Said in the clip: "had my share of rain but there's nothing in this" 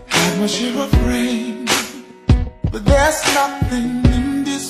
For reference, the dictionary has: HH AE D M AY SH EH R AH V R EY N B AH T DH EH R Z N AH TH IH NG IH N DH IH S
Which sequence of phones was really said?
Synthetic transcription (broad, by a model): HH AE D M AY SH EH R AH F R EY N B AH T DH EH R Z N AH TH IH NG IH N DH IH S